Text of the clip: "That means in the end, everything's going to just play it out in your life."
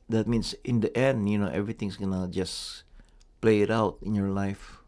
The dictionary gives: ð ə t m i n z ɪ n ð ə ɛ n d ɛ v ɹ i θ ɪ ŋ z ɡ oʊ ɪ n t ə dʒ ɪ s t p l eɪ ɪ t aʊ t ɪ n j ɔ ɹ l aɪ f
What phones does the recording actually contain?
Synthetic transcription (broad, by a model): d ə t m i n s ɪ n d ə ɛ n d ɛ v ɹ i t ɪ ŋ s ɡ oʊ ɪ n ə dʒ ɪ s p l eɪ ɪ t aʊ t ɪ n j ɔ ɹ l aɪ f